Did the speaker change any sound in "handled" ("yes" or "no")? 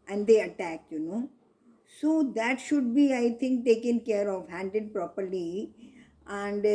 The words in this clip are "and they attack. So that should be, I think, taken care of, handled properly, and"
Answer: yes